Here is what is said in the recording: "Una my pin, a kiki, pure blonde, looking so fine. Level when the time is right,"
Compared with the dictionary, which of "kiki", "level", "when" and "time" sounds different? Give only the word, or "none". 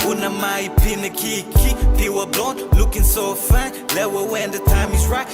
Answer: level